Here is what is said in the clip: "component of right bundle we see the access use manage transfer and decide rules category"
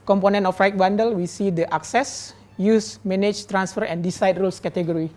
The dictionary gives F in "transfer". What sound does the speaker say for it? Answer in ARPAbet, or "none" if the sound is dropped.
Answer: F